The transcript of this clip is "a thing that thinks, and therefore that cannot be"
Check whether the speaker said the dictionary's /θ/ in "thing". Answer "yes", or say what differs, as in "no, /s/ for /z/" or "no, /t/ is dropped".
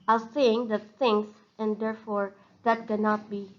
no, /s/ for /θ/